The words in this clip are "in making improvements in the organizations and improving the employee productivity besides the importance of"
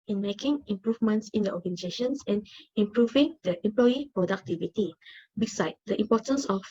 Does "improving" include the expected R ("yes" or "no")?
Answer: yes